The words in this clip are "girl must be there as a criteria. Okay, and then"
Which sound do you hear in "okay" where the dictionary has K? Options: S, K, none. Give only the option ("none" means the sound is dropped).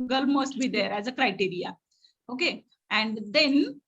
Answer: K